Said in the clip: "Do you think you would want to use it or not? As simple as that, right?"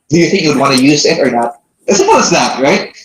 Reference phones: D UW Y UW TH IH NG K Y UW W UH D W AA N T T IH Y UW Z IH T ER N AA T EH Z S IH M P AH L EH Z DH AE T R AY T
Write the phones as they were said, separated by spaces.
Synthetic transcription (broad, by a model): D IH Y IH TH IH NG K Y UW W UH D W AA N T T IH Y UW Z IH T ER N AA T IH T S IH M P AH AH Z DH AE T R AY T